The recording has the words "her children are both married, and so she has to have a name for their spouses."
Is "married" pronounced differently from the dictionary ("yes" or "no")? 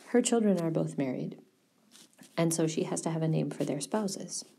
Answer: no